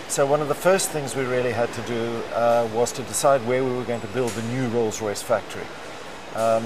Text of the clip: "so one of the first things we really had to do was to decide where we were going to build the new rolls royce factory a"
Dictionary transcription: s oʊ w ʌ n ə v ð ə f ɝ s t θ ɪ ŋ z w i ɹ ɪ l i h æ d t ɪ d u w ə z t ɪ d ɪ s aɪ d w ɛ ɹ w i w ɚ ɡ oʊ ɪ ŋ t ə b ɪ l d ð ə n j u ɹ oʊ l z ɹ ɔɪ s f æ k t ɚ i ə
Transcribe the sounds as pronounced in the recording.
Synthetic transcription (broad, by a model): s oʊ w ʌ n ə v ð ə f ɝ s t θ ɪ ŋ z w i ɹ ɪ l i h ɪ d t ɪ d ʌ w ə z t ɪ d ɪ s aɪ d w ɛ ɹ w i w ɚ ɡ oʊ ɪ ŋ t ə b ɪ l d ð ə n j u ɹ oʊ l z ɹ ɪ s f æ k t ɚ i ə